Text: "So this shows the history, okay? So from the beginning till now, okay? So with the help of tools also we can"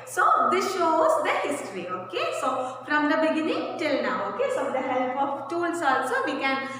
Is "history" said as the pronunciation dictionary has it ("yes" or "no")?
yes